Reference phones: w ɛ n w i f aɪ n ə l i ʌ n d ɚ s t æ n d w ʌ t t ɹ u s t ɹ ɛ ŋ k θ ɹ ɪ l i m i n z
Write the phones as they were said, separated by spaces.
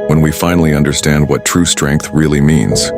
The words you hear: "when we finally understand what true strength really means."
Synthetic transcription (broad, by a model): w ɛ n w i f aɪ n l i ʌ n d ɚ s t æ n d w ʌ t t ɹ u s t ɹ ɛ ŋ k θ ɹ ɪ l i m i n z